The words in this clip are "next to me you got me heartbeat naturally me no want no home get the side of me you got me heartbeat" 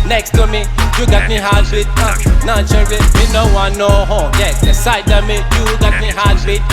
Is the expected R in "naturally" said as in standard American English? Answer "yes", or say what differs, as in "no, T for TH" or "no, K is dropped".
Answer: no, R is dropped